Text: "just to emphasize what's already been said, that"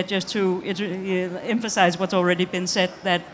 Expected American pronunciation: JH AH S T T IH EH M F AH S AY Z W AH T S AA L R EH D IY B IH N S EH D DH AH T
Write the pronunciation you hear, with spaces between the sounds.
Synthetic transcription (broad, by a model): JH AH S T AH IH EH M F AH S AY Z W AH T S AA L R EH D IY B IH N S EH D DH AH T